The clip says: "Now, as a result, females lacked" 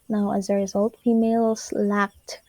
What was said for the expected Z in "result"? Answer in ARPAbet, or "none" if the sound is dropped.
Z